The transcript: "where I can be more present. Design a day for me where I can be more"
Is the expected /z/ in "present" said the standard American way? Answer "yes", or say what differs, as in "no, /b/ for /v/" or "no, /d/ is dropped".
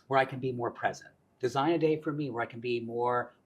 yes